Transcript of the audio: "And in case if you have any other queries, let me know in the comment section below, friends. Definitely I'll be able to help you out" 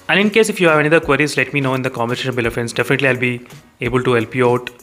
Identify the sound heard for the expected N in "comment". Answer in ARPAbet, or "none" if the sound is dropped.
none